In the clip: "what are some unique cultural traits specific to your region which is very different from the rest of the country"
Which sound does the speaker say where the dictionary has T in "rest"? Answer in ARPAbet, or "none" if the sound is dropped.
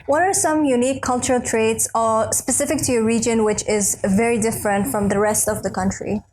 T